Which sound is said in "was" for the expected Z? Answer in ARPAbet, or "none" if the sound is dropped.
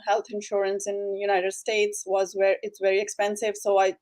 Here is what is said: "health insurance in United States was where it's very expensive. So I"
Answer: Z